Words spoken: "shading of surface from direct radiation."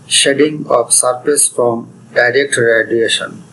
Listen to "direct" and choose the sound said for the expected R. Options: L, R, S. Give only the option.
R